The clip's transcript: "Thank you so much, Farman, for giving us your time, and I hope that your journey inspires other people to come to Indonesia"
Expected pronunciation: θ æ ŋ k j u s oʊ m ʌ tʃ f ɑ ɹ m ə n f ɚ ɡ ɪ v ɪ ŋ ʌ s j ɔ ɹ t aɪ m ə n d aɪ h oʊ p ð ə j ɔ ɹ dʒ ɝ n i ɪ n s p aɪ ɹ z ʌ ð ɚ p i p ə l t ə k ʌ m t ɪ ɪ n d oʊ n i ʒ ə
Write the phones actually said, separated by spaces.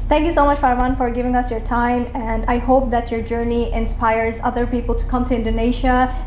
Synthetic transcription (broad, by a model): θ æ ŋ k j u s oʊ m ʌ tʃ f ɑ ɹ ə n f ɚ ɡ ɪ v ɪ ŋ ʌ s j ɔ ɹ t aɪ m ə n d aɪ h oʊ p ð ə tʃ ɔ ɹ dʒ ɝ n i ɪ n s p aɪ ɹ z ʌ ð ɚ p i p l t ə k ʌ m t ɪ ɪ n d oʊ n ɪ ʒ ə